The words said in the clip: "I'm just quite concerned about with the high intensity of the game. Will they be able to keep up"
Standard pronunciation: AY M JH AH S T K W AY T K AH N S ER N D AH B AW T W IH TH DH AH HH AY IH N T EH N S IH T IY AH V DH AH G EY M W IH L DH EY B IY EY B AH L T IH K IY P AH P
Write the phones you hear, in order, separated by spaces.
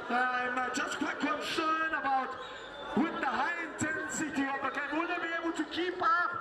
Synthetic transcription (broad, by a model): AY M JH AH S K W AY T K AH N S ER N AH B AW T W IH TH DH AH HH AY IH N T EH N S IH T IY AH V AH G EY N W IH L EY B IY EY B AH L T IH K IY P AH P